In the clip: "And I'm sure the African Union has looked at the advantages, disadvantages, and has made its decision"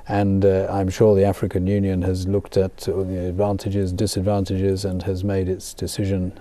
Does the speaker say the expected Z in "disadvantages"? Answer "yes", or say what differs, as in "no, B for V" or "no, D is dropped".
yes